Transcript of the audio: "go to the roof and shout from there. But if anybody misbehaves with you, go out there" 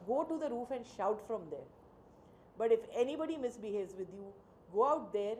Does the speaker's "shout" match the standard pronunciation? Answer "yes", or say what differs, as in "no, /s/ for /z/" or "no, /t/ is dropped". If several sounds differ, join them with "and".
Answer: yes